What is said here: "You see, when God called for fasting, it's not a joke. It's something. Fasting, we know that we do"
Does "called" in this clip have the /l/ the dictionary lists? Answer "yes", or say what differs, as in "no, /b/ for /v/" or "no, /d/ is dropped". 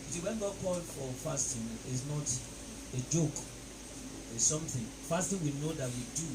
no, /l/ is dropped